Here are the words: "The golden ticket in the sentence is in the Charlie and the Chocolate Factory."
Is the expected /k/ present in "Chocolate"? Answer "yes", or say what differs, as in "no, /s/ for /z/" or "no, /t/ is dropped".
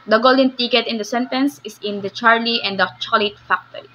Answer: no, /k/ is dropped